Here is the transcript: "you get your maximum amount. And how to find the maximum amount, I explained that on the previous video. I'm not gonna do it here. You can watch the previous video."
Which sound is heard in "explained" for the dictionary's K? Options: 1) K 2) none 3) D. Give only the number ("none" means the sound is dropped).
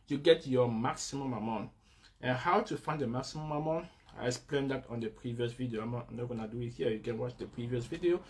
2